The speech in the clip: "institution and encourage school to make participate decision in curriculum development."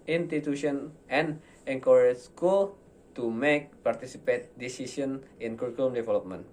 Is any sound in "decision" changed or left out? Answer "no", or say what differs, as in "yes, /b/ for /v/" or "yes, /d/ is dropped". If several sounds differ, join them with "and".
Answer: yes, /s/ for /ʒ/